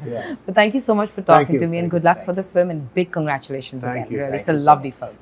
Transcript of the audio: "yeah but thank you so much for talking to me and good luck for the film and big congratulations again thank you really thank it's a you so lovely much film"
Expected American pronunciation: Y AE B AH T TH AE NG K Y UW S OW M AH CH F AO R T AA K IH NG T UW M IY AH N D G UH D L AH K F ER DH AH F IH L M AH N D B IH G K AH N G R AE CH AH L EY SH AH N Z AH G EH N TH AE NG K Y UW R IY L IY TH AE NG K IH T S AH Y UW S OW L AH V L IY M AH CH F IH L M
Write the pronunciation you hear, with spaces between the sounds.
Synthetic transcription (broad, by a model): B AH T T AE NG K Y UW S OW M AH CH F AO R T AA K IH T UW M IY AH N G UH D L AH K F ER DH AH F IH L M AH N B IH G K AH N G R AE CH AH L EY SH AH N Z AH G EH N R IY IY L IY IH T S AH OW L AH V L IY F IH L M